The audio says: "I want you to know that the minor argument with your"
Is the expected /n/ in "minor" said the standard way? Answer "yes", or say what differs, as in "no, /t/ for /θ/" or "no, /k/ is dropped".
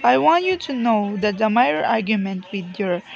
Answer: no, /n/ is dropped